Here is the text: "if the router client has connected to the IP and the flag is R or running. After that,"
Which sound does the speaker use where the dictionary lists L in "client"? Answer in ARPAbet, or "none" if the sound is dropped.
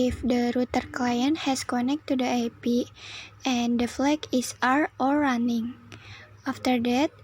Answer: L